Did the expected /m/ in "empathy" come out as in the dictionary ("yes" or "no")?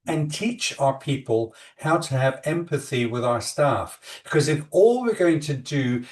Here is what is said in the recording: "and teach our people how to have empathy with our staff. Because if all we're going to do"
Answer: yes